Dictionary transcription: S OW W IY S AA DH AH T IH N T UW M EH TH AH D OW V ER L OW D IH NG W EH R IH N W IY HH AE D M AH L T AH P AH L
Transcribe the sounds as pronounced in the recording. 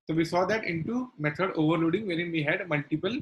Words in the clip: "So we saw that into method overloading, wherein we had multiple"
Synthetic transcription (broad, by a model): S OW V IY S AA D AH T IH N T UW M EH T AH D OW V ER L OW D IH NG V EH R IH N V IY HH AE D M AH L T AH P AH L